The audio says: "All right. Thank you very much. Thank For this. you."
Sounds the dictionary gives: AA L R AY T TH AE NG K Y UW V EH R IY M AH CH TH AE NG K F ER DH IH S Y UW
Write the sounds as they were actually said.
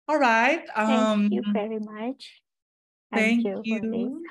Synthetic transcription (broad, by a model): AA L R AY T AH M Y UW V EH R IY M AH CH TH AE NG K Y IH Y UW